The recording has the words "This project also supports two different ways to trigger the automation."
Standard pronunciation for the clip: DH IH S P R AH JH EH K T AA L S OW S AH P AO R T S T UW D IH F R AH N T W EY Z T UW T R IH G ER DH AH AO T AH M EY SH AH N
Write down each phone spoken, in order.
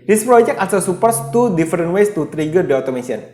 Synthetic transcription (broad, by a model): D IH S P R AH JH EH K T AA S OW S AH P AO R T S T UW D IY F R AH N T W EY S T UW T R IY G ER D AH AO T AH M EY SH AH N